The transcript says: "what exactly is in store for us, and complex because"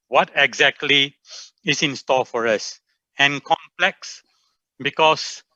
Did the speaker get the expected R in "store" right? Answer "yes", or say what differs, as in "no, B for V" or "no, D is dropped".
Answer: no, L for R